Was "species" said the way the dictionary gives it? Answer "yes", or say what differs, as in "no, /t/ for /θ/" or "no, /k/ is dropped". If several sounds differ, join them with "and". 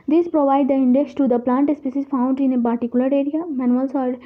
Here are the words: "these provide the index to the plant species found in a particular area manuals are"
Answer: no, /s/ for /ʃ/